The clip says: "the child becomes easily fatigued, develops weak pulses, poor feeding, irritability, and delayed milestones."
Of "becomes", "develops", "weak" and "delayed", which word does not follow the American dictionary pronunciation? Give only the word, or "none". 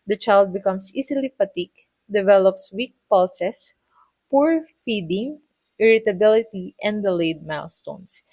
becomes